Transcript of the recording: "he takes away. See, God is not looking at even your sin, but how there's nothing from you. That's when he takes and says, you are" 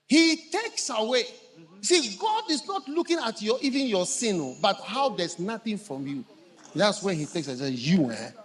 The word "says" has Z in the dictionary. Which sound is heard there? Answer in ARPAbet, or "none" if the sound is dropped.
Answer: none